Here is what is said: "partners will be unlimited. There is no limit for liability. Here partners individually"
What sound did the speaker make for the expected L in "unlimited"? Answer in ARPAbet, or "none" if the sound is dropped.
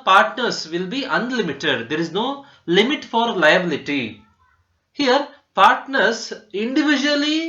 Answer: L